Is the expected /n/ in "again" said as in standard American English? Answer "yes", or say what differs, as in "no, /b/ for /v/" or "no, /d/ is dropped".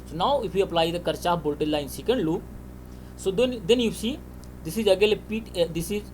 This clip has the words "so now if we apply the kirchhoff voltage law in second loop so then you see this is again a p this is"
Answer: no, /l/ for /n/